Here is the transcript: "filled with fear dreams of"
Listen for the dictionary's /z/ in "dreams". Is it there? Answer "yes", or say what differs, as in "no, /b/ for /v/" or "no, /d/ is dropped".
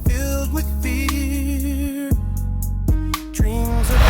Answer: yes